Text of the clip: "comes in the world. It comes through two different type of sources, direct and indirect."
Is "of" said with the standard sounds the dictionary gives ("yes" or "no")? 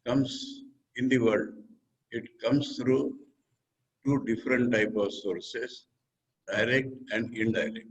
yes